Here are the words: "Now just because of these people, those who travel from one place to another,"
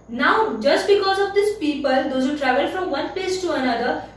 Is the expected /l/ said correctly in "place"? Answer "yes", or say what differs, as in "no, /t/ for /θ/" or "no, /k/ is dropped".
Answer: no, /l/ is dropped